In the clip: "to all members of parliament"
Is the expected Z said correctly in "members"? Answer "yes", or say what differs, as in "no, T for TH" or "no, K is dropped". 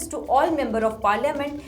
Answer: no, Z is dropped